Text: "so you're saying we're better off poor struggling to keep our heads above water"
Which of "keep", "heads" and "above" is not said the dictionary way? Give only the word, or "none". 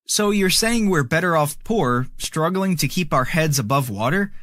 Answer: none